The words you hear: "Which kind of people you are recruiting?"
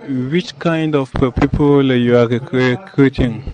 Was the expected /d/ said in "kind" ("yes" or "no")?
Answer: yes